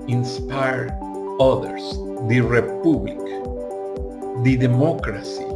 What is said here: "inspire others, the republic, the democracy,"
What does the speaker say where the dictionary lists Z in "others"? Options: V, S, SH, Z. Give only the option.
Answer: S